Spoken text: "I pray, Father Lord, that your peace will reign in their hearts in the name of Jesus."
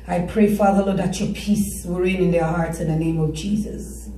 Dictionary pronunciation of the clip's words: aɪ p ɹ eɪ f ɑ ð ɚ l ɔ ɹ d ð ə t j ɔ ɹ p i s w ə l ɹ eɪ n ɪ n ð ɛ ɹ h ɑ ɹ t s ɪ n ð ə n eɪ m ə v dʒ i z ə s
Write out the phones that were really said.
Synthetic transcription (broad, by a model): aɪ p ɹ eɪ f ɑ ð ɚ l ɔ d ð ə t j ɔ p i s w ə ɹ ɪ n ɪ n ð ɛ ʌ h ɑ ɹ t s ɪ n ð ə n eɪ m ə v dʒ i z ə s